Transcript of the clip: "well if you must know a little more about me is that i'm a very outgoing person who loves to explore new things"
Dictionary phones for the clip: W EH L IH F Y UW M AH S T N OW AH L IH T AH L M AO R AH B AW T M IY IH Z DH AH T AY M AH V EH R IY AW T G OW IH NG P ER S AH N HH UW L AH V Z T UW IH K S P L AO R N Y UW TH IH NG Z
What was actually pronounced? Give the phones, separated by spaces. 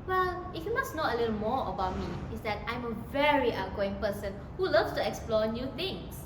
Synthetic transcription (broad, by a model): W EH L IH F Y UW M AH S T N OW AH L IH T AH L M AO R AH B AW T M IY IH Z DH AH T AY M AH V EH R IY T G OW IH NG P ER S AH N HH UW L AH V S T UW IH K S P L AO N Y UW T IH NG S